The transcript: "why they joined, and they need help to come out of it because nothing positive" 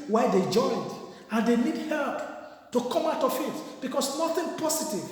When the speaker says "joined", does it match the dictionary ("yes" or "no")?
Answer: yes